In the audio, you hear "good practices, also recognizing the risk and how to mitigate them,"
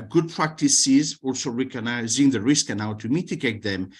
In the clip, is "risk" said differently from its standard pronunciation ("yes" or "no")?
no